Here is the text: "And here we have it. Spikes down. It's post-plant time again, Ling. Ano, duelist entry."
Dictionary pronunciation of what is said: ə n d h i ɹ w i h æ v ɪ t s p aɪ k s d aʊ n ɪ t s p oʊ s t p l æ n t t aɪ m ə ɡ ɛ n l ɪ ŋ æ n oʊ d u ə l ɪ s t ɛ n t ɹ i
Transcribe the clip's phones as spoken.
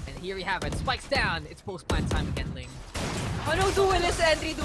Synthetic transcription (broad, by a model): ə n h i ɹ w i h æ v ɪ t s p aɪ k s d aʊ n ɪ t s p oʊ s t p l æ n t t aɪ m ə ɡ ɛ n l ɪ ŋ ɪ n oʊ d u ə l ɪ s ɛ n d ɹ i